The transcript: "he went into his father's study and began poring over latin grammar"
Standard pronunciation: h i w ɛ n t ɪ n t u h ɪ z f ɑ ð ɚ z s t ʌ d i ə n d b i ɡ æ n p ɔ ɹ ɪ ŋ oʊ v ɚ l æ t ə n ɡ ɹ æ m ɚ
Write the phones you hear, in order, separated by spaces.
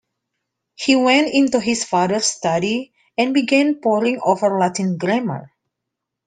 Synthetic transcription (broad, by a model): h i w ɛ n t ɪ n t u h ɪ s f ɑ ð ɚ s t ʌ d i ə n b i ɡ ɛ n p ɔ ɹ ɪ ŋ oʊ v ɚ l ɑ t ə n ɡ ɹ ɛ m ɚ